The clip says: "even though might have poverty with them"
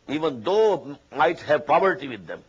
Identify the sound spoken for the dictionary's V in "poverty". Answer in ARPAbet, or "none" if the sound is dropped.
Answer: P